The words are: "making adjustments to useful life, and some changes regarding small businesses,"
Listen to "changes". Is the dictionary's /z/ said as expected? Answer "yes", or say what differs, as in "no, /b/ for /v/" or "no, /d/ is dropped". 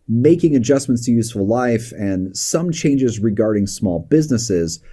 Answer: yes